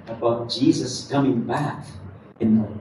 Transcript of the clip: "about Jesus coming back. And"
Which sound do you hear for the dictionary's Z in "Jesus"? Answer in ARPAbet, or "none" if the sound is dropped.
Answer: Z